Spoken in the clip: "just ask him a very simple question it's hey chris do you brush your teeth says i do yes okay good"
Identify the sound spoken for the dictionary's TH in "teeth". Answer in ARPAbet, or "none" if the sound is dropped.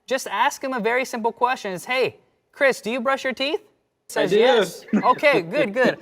TH